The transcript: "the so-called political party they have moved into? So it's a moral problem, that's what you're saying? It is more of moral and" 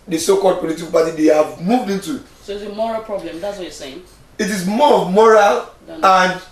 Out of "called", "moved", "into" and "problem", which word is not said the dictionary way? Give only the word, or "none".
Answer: none